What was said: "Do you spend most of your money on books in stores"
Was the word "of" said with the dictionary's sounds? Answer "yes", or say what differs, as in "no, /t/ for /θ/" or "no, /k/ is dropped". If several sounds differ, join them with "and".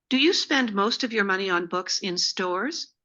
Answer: yes